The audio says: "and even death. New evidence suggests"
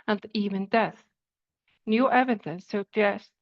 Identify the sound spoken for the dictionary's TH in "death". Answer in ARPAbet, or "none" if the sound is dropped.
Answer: TH